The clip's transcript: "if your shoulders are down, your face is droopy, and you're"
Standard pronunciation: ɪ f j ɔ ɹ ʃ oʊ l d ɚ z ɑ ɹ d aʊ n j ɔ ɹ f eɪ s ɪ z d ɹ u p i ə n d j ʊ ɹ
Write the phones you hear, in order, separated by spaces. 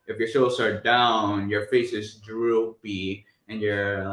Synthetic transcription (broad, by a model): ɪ f j ɔ ɹ s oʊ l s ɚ ɑ ɹ d aʊ n j ɔ ɹ f eɪ s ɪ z d ɹ u p i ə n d j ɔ ɹ